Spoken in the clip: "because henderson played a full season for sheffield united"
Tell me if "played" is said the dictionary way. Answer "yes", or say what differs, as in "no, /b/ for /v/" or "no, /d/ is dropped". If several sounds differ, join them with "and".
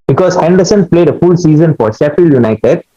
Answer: yes